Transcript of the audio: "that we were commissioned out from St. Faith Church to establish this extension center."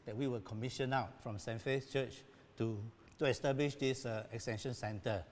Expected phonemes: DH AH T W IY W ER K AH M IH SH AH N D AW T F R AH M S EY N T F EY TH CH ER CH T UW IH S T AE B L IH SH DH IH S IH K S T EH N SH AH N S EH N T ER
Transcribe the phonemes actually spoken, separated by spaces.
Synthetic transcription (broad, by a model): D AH T W IY W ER K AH M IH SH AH N AW T F R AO M S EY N F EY S CH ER CH T UW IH S T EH B L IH SH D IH S IH K S T EH N SH AH N S EH N T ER